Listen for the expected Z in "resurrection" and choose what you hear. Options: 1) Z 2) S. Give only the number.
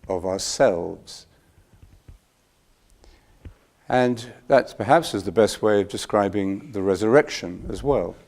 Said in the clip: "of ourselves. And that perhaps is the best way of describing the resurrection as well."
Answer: 1